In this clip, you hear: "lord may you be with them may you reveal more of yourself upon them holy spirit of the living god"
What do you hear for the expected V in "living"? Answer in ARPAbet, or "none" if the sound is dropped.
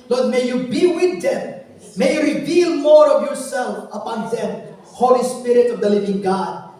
V